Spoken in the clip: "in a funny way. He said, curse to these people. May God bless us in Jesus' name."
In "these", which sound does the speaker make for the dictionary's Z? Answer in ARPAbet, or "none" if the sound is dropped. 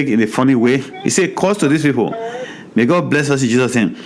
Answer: S